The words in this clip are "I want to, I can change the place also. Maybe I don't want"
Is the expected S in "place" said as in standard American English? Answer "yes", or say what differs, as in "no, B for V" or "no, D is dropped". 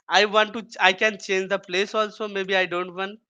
yes